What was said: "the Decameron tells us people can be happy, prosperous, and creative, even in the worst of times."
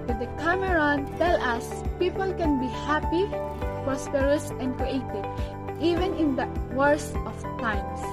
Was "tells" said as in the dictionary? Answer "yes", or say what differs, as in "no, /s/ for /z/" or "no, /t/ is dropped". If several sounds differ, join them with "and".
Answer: no, /z/ is dropped